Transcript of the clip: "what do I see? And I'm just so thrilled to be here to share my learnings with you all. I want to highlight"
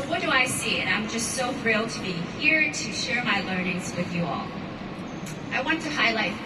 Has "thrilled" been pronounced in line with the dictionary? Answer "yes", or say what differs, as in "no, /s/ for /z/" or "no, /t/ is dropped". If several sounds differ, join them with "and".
no, /f/ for /θ/